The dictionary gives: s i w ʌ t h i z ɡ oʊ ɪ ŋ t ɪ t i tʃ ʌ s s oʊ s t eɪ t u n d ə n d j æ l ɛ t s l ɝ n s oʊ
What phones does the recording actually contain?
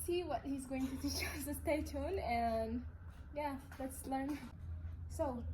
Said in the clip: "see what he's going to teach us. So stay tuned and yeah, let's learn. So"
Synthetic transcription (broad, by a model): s i w ʌ t h i z ɡ oʊ ɪ ŋ t ɪ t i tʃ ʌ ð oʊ s t eɪ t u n ə n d j æ l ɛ t s l ɝ n s oʊ